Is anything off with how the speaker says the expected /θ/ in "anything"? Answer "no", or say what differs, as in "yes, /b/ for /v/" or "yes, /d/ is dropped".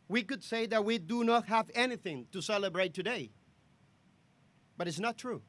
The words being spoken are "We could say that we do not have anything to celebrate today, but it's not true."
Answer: no